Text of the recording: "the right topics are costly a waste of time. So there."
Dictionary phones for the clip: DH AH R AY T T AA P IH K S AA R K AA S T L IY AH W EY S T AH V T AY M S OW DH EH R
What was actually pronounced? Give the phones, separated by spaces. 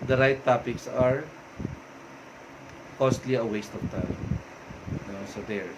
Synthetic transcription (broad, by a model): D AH R AY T T AA P IH K S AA R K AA S T L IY AH W EY S T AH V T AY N S OW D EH R